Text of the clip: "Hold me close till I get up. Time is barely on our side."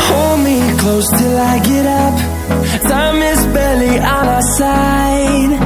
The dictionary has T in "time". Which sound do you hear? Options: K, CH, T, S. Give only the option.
S